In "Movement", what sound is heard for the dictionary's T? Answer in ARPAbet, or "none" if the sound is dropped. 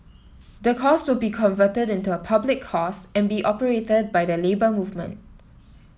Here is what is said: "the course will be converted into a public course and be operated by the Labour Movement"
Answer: T